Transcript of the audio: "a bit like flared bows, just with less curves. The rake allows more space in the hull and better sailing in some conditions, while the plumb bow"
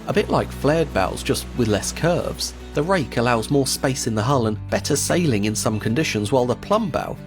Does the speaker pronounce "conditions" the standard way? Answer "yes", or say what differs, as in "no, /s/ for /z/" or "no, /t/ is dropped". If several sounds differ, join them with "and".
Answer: yes